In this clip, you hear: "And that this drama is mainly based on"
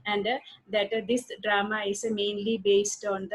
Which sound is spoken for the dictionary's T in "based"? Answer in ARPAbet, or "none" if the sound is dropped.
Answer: T